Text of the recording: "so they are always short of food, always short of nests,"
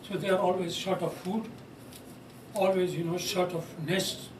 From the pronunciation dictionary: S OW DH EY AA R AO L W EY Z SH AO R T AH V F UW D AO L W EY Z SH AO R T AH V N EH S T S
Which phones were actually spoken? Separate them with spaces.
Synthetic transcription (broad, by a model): S OW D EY AA R AO L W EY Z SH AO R T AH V F UW D AO L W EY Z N AO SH T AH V N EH S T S